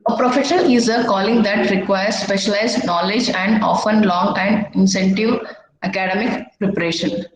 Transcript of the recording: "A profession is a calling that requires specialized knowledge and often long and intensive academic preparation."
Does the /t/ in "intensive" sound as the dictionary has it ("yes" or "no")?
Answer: no